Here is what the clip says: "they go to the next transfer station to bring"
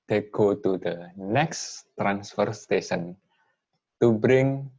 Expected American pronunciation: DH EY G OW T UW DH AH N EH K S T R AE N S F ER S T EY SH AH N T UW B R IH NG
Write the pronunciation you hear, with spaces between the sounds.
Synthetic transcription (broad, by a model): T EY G OW T UW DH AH N EH K S T R AE N S F ER S T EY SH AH N T UW B R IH NG